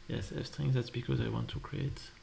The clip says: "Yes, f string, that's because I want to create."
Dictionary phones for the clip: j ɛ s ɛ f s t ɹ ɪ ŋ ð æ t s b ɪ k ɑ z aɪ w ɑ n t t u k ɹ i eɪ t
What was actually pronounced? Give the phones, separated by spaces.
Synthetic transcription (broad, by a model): j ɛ s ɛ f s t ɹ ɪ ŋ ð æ t s b ɪ k ɑ z aɪ w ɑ n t t u k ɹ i eɪ t